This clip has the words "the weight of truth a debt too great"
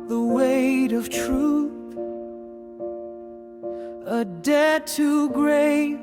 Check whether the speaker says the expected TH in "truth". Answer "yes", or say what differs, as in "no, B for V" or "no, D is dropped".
yes